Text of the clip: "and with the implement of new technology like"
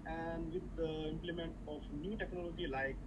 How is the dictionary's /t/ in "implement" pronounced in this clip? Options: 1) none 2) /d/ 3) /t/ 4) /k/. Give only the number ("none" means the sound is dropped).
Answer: 3